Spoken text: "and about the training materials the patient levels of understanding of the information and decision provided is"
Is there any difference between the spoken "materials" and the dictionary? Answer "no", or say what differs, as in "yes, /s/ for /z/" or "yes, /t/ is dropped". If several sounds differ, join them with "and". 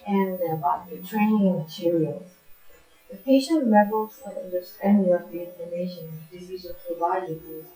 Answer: no